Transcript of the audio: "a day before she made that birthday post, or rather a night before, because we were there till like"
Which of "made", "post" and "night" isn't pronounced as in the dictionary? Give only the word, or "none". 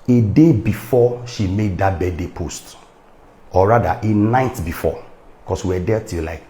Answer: none